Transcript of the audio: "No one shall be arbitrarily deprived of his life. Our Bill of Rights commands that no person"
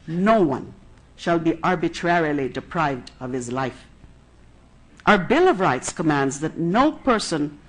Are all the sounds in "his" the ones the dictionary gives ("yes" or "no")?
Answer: yes